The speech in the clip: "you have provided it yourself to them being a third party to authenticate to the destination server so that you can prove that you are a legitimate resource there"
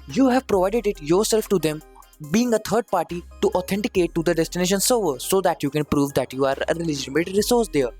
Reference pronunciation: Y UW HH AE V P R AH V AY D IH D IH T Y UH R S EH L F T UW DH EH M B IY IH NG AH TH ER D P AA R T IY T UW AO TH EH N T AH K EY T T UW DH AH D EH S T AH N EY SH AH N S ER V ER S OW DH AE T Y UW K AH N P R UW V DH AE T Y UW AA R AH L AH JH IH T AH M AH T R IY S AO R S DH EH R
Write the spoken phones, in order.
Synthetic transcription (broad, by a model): Y UW HH AE V P R AH V AY D IH D IH T Y UH R S EH L F T UW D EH M B IY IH NG AH T ER D P AA R T IY T UW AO T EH N T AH K EY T T UW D AH D EH S T AH N EY SH AH N S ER V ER S OW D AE T Y UW K AH N P R UW V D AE T Y UW AA R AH L AH JH IH T AH M AH T R IY S AO R S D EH R